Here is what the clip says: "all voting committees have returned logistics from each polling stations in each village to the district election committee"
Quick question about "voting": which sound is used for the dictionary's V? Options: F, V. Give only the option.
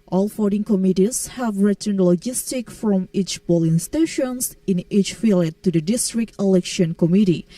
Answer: F